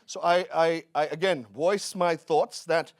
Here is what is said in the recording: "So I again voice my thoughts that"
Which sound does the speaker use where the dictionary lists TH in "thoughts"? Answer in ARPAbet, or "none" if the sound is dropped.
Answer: TH